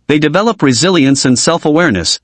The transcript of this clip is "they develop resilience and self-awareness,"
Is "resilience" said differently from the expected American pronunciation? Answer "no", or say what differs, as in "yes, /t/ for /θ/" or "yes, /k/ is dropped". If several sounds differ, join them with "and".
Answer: no